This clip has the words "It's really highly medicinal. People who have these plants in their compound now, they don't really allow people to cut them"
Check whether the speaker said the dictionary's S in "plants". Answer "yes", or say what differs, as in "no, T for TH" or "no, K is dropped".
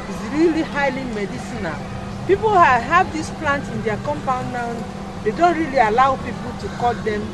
no, S is dropped